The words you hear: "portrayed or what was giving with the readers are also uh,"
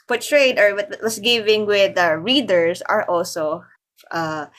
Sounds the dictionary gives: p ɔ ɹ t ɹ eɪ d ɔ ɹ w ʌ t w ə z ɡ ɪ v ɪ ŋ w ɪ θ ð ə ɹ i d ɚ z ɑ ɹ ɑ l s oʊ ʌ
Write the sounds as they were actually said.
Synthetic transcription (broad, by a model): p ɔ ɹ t ɹ eɪ d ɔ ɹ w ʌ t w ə s ɡ ɪ v ɪ ŋ w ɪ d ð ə ɹ i d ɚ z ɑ ɹ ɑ l s oʊ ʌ